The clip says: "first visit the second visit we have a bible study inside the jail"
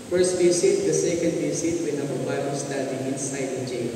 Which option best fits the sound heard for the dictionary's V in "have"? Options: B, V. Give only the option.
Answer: B